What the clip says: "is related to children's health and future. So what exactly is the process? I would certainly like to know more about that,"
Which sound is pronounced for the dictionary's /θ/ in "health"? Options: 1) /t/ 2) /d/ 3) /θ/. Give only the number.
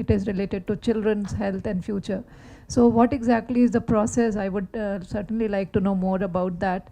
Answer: 1